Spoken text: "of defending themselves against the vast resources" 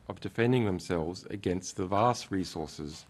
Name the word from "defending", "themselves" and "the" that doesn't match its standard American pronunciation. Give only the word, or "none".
none